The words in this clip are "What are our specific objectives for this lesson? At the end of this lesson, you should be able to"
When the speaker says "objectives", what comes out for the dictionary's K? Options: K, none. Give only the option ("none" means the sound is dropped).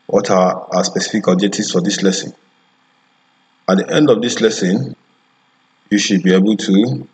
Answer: none